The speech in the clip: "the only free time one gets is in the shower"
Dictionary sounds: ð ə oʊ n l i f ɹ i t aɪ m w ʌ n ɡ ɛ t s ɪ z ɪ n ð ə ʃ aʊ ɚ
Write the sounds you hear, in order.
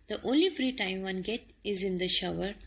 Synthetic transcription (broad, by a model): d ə oʊ n l i f ɹ i t aɪ m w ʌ n ɡ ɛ t ɪ z ɪ n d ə ʃ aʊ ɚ